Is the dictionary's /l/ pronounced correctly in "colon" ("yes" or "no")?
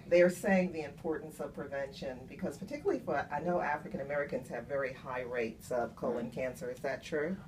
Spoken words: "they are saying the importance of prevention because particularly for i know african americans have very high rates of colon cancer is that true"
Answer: yes